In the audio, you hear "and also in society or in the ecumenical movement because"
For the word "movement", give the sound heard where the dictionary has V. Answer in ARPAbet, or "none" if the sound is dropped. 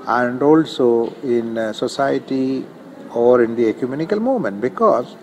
none